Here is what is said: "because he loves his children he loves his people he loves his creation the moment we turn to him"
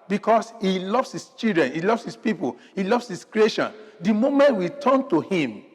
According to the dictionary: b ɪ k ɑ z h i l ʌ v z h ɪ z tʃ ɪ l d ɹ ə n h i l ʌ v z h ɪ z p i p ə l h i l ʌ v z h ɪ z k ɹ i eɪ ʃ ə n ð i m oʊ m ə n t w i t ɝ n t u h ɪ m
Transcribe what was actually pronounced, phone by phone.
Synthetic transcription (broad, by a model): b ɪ k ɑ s h i l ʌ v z h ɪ s tʃ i l d ɹ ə n h i l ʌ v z h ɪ s p i p ə l h i l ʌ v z h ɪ s k ɹ i eɪ ʃ ə n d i m oʊ m ə n t w i t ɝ n t u h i m